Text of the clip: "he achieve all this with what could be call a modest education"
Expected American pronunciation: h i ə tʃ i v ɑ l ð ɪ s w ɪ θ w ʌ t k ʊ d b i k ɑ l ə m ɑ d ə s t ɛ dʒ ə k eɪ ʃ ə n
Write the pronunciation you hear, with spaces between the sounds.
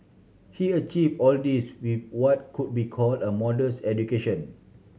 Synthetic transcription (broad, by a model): h i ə tʃ i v ɑ l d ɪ s w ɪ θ w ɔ t k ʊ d b i k ɑ l ə m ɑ d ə s ɛ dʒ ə k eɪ ʃ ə n